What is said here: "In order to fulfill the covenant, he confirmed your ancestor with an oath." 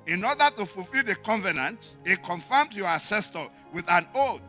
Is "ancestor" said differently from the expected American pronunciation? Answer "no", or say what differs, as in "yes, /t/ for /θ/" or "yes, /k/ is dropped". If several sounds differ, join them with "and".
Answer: yes, /n/ is dropped